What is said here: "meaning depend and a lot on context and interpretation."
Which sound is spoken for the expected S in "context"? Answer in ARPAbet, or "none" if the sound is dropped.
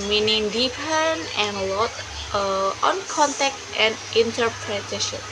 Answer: none